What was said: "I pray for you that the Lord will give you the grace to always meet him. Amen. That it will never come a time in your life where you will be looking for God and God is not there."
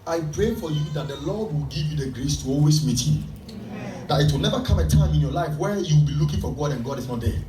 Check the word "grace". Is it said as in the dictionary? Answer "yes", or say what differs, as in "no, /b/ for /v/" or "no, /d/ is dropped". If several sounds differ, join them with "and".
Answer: yes